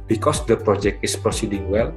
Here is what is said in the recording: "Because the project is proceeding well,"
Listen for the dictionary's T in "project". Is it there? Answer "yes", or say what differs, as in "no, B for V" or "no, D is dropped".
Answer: yes